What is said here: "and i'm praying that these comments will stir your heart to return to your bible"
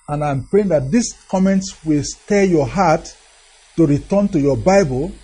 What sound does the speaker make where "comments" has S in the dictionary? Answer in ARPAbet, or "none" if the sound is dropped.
S